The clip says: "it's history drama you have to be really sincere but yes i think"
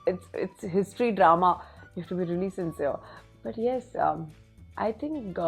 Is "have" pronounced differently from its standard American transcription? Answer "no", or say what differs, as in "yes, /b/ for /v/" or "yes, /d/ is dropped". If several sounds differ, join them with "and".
yes, /f/ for /v/